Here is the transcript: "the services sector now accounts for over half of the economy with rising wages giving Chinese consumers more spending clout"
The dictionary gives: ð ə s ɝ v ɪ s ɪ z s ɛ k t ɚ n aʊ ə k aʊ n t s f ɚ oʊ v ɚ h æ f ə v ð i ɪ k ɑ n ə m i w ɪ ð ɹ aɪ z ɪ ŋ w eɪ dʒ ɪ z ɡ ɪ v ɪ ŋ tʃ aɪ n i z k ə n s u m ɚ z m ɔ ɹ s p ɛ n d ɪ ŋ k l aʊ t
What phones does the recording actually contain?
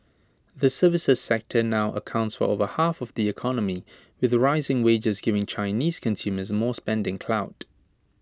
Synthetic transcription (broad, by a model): ð ə s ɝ v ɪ s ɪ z s ɛ k t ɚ n aʊ ə k aʊ n t s f ɚ oʊ v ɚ h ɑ f ə v ð i ɪ k ɑ n ə m i w ɪ ð ɹ aɪ z ɪ ŋ w eɪ dʒ ɪ z ɡ ɪ v ɪ ŋ tʃ aɪ n i z k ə n s u m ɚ z m ɔ s p ɛ n d ɪ ŋ k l aʊ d